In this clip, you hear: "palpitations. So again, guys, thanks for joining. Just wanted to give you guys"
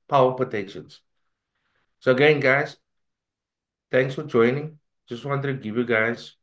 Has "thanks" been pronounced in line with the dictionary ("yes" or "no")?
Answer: no